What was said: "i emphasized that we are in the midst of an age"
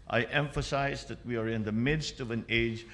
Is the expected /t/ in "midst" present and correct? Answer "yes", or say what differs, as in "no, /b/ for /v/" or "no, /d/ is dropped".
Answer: yes